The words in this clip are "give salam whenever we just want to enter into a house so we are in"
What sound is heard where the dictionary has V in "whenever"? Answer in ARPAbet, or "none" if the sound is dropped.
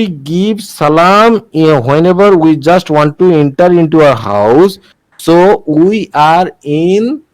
B